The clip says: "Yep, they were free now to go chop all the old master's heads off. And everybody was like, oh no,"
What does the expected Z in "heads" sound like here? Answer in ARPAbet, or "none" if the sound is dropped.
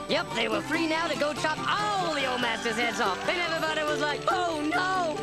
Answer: Z